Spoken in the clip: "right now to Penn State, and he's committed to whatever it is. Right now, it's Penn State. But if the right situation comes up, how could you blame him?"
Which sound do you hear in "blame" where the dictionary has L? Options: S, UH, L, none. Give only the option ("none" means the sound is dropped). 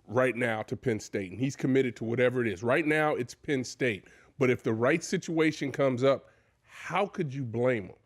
L